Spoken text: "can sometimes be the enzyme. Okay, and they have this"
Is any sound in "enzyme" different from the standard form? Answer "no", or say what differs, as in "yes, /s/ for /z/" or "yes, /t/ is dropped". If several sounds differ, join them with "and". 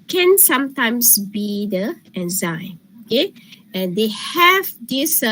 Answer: yes, /m/ is dropped